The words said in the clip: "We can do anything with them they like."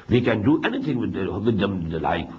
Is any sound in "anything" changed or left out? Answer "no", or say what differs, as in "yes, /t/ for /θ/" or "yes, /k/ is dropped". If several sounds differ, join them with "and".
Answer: yes, /t/ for /θ/